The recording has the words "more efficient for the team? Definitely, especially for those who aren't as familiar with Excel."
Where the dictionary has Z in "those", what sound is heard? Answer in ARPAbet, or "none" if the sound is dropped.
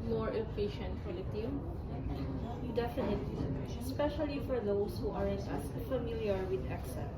S